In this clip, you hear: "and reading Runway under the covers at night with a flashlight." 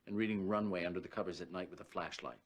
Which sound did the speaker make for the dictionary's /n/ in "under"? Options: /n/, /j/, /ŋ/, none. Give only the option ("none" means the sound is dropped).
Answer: /n/